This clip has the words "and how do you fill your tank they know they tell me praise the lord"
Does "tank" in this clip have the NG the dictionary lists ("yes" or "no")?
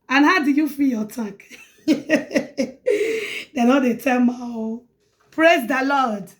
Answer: no